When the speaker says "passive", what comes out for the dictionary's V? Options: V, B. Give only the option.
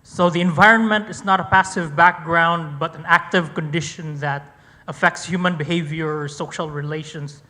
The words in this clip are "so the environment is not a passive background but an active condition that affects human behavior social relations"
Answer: V